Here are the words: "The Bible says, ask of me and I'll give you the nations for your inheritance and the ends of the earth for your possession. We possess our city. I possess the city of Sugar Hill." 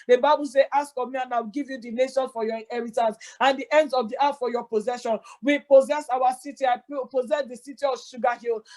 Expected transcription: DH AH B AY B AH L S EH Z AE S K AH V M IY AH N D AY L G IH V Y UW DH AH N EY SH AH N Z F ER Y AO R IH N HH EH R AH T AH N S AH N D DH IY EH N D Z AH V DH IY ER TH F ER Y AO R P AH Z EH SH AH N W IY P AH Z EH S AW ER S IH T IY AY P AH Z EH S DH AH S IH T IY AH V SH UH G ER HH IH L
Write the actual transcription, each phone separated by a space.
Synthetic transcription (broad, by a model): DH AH B AY B AH L S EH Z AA S K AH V M IY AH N AY W G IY V Y UW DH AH N EY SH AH N F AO Y AO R IH N HH EH R AH T AH N S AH N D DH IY EH N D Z AH V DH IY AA T F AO Y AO P AH Z EH SH AH N W IY P AH Z EH S AW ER S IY T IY AY P AH Z EH S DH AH S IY T IY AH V SH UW G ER HH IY L